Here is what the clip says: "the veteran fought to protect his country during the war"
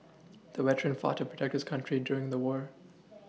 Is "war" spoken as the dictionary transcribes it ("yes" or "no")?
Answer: yes